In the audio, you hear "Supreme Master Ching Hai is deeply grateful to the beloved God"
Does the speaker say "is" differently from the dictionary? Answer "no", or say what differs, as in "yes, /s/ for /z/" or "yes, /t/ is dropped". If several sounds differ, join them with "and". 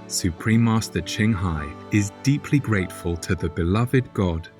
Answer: no